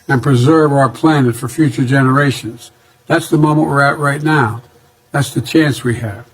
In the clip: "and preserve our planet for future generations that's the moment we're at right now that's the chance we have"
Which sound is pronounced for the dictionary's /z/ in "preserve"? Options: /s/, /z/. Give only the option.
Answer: /z/